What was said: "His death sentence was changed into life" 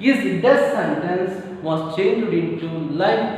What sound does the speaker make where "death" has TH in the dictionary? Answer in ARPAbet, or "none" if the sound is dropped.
S